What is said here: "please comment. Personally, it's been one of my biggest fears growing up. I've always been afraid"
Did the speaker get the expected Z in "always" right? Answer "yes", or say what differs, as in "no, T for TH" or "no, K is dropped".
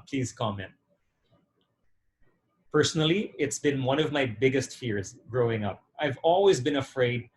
yes